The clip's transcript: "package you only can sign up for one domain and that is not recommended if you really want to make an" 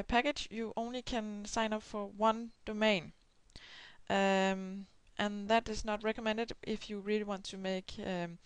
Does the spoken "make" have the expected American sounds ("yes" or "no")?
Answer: no